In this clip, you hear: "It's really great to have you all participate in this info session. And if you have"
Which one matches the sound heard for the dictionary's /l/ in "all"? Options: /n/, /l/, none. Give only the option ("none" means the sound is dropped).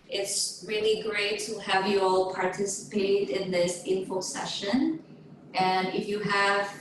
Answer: /l/